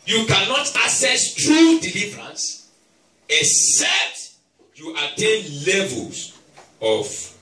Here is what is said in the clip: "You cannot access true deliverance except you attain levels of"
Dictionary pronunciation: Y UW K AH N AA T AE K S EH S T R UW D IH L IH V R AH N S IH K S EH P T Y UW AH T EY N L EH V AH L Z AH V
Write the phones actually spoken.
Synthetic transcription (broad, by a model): Y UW K AH N AA T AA S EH S T R UW D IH L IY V R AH N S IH S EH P T Y UW AH T EY N L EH V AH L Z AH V